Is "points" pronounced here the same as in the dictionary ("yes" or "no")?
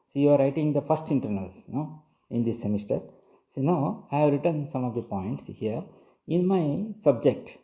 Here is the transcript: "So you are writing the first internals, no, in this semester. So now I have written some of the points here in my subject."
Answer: yes